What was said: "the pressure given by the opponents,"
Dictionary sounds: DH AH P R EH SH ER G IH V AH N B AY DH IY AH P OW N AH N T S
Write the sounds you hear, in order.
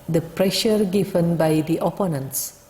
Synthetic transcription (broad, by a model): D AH P R EH SH ER G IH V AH N B AY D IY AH P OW N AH N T S